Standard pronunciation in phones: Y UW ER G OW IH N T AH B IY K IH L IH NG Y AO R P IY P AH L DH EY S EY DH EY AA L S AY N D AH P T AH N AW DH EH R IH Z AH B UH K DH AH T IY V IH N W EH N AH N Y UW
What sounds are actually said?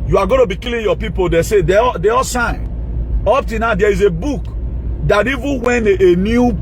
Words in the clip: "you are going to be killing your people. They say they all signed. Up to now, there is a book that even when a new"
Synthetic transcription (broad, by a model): Y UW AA G OW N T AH B IY K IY L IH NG Y AO P IY P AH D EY S EY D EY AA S AY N AO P T AH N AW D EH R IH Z AH B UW K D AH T IY V IH N W EH N AH N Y UW